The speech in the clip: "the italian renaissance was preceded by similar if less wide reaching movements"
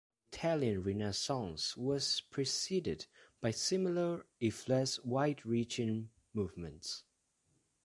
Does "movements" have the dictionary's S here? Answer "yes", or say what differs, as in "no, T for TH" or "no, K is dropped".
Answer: yes